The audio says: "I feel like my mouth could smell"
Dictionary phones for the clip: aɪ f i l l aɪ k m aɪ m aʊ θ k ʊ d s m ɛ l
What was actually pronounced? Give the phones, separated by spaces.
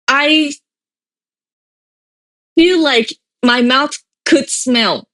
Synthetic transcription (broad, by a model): aɪ f i l l aɪ k m aɪ m aʊ θ k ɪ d s m ɛ l